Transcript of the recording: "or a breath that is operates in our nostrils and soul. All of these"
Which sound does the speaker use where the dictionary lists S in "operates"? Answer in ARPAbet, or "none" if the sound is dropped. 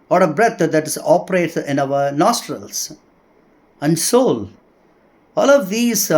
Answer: none